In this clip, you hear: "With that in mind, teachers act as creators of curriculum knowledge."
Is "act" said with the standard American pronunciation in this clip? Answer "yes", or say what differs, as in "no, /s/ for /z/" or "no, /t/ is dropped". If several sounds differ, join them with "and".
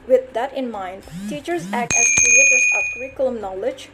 yes